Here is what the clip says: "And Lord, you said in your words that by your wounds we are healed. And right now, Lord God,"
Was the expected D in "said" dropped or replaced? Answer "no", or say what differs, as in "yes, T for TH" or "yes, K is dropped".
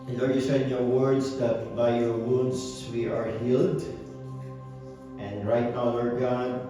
yes, D is dropped